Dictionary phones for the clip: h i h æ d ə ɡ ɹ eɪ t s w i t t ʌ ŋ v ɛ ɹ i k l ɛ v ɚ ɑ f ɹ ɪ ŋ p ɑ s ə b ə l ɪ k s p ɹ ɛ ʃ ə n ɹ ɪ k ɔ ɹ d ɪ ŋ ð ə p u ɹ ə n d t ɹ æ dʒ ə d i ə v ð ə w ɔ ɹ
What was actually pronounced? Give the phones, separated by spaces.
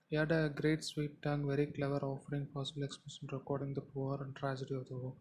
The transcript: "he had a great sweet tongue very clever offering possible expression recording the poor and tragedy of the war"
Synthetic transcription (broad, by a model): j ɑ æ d ə ɡ ɹ eɪ t s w i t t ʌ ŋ v ɛ ɹ i k l ɛ v ɚ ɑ f ɹ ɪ ŋ p ɑ s ə b ə l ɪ k s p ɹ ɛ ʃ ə n ɹ ɪ k ɔ ɹ d ɪ ŋ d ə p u ɹ ə n d t ɹ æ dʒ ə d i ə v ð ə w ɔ